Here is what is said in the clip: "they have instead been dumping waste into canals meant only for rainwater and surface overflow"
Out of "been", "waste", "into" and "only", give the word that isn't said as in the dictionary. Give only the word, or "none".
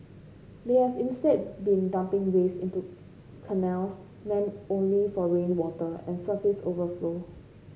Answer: waste